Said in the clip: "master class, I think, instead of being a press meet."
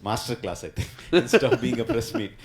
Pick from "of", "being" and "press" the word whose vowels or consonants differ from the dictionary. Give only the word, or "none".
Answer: of